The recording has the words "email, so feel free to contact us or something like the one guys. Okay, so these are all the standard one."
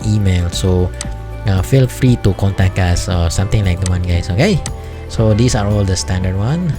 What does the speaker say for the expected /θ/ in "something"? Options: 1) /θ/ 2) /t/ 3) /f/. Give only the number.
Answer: 2